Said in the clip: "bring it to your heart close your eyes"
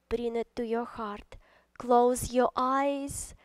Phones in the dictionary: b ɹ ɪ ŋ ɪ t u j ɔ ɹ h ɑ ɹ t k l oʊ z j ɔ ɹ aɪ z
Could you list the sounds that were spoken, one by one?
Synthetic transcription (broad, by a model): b ɹ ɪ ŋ ɪ t u j ɔ ɹ h ɑ ɹ t k l oʊ z j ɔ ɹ aɪ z